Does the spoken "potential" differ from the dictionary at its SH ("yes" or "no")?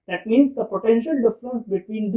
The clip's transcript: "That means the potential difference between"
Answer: no